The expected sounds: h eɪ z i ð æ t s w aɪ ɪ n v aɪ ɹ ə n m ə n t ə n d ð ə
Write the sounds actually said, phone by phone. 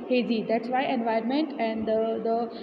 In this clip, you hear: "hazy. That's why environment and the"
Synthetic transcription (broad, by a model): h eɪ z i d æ t s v aɪ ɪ n v aɪ ə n m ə n t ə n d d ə